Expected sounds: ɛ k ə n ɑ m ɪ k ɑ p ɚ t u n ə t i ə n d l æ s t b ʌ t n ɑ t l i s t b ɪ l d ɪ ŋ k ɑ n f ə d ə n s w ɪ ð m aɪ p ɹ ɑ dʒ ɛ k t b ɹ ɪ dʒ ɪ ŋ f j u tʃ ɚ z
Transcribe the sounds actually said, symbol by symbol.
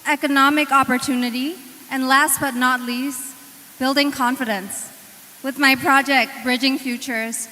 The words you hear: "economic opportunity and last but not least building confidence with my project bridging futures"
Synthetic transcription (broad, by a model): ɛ k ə n ɑ m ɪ k ɑ p ɚ t u n ə t i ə n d l æ s t b ʌ t n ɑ t l i s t b ɪ l d ɪ ŋ k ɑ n f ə d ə n s w ɪ ð m aɪ p ɹ ɑ dʒ ɛ k t b ɹ ɪ dʒ ɪ ŋ f j u tʃ ɚ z